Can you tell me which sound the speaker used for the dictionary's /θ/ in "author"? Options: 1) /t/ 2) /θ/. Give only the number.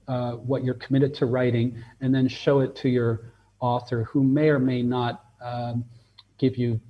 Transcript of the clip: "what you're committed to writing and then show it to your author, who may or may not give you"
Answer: 2